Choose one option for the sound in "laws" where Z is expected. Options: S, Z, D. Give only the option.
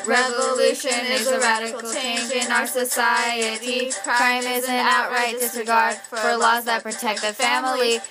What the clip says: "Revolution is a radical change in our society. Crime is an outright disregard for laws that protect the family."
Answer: Z